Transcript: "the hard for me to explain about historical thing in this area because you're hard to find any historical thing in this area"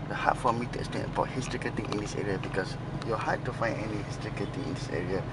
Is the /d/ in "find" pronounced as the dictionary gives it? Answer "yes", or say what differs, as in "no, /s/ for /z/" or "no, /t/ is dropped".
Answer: no, /d/ is dropped